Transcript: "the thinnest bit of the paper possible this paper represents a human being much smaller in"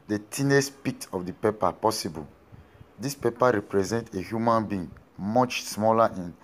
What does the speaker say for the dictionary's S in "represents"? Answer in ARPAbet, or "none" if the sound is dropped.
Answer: none